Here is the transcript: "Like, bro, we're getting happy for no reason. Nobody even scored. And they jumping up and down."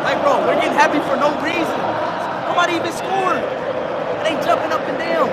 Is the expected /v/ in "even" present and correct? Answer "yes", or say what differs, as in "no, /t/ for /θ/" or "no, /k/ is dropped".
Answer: no, /b/ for /v/